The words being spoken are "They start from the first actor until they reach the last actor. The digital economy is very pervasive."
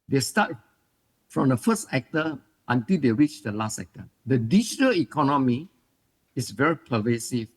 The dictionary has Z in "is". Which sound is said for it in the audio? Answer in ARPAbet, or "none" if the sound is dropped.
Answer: S